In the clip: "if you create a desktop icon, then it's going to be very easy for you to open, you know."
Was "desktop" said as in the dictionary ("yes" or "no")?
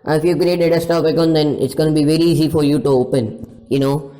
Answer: no